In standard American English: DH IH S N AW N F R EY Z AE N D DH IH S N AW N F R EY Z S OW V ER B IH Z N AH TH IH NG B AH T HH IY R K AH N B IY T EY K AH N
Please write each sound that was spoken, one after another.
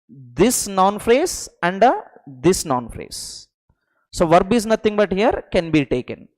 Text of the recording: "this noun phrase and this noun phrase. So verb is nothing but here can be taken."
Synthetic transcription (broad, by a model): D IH S N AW N F R EY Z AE N D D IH S N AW N F R EY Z S OW V ER B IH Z N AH T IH NG B AH T HH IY R K AH N B IY T EY K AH N